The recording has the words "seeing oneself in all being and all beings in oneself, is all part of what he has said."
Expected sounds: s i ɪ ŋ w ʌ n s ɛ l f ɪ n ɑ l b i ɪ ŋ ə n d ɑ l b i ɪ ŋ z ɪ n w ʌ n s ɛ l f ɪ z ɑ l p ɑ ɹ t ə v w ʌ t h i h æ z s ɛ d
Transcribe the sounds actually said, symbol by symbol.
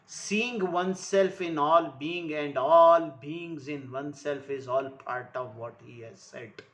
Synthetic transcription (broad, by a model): s i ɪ ŋ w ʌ n s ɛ l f ɪ n ɑ l b i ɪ ŋ ə n d ɑ l b i ɪ ŋ z ɪ n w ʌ n s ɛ l f ɪ z ɑ l p ɑ ɹ t ə v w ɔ t h i h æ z s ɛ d